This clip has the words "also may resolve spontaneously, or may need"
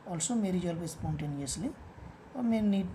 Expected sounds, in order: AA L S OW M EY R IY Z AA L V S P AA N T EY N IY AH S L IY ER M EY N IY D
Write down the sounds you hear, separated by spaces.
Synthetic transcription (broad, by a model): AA L S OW M EY R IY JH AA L P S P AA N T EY N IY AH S L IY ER M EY N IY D